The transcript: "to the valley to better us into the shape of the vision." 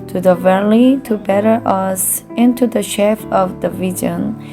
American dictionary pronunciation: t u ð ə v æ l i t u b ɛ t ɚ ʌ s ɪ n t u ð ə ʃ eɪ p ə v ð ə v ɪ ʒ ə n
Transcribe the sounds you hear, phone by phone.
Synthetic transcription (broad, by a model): t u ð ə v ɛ l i t u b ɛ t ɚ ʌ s ɪ n t u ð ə ʃ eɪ f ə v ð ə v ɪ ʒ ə n